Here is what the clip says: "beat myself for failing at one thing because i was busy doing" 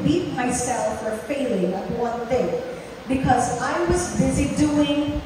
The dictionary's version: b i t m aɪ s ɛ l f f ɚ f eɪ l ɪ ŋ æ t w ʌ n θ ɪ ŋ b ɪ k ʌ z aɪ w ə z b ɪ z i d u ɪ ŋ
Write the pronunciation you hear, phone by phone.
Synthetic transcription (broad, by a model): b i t m aɪ s ɛ l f f ɚ f eɪ l ɪ ŋ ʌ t w ʌ n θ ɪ ŋ b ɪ k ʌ z aɪ w ə z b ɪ z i d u ɪ ŋ